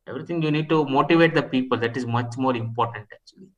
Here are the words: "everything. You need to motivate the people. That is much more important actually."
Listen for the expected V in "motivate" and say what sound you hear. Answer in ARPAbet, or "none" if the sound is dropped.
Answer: V